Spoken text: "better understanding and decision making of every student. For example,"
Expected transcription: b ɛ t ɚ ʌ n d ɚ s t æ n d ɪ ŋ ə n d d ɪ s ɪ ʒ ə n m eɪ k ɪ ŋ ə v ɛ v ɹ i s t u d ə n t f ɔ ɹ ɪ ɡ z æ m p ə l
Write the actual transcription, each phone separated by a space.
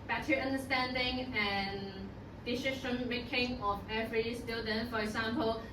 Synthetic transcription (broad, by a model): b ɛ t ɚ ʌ n d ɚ s t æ n d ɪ ŋ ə n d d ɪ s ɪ ʃ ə n m eɪ k ɪ ŋ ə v ɛ v ɹ i s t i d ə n f ɔ ɹ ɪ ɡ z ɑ m p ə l